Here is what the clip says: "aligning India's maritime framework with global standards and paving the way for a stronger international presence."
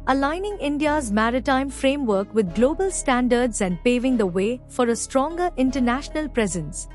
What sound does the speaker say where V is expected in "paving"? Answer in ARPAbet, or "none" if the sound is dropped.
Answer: V